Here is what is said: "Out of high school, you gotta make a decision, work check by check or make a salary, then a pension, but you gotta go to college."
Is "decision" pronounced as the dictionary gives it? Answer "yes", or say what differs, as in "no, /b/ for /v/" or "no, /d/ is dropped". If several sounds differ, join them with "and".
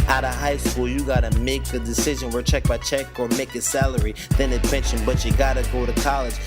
yes